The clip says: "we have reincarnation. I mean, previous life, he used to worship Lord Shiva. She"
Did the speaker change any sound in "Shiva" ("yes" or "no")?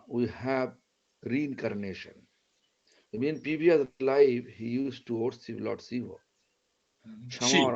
yes